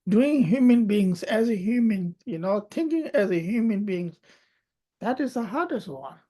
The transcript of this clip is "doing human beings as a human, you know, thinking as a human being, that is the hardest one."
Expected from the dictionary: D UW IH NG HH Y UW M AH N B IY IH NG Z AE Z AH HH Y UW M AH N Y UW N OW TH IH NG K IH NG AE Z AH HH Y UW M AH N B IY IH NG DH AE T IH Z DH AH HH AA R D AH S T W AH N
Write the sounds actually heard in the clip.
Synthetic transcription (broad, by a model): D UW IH NG HH Y UW M AH N B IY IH NG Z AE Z AH HH Y UW M AH N Y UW N OW T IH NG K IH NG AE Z AH HH Y UW M AH N B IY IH NG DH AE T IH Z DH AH HH AA R D AH S T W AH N